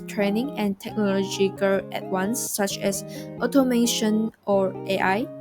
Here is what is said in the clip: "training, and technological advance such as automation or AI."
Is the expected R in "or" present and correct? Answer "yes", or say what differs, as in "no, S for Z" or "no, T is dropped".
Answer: yes